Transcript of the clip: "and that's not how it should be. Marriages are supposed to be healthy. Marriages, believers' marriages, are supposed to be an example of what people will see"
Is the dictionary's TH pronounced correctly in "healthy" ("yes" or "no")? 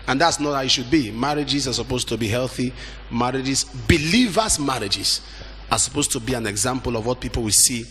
yes